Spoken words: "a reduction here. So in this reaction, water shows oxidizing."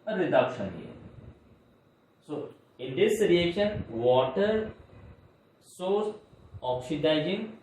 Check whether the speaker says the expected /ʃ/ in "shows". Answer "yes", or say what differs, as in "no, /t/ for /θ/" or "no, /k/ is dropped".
no, /s/ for /ʃ/